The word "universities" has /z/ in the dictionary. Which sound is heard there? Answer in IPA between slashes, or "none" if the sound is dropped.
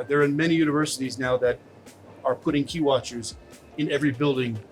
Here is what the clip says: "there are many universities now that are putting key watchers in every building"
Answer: /z/